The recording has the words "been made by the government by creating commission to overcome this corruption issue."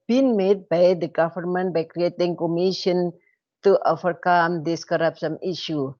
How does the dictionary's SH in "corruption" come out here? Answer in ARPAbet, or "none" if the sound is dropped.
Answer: S